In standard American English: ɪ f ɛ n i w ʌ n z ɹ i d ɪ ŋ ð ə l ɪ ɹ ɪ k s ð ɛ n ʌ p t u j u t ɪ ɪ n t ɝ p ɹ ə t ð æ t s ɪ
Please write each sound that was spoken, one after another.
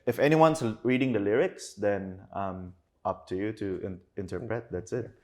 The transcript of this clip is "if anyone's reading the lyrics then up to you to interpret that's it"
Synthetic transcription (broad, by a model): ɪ f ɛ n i w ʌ n s ɹ i d ɪ ŋ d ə l ɪ ɹ ɪ k s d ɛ n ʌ p t u j u t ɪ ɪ n t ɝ p ɹ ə t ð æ t s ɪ